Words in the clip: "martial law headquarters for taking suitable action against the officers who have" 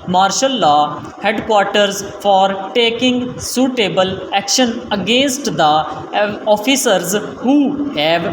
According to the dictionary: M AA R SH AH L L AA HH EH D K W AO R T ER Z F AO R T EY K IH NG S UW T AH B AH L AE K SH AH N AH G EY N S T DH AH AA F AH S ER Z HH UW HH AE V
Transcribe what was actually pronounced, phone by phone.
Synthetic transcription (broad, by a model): M AA R SH AH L L AA HH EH D K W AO R T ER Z F AO R T EY K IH NG S UW T AH B AH L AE K SH AH N AH G EY N S T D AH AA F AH S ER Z HH UW HH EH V